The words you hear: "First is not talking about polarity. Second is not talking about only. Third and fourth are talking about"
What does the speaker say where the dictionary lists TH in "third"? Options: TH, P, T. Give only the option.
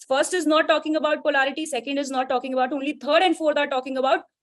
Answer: T